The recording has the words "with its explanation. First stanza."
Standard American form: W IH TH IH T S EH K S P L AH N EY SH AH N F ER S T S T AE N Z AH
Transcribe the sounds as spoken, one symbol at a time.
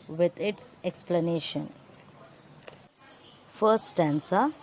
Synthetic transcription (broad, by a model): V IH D IH T S EH K S P L AH N EY SH AH N F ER T S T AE N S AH